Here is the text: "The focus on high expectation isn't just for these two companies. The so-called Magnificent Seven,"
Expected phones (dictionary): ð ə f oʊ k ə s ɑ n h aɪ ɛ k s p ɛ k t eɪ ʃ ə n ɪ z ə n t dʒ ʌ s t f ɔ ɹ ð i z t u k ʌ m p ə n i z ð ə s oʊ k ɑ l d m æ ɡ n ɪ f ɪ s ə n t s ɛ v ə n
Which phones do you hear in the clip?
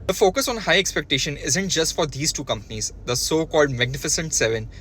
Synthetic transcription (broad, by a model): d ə f oʊ k ə s ɑ n h aɪ ɛ k s p ɛ k t eɪ ʃ ə n ɪ z ə n t dʒ ʌ s t f ɔ ɹ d i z t u k ʌ m p ə n i z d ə s oʊ k ɑ l d m æ ɡ n ɪ f ɪ s ə n t s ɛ v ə n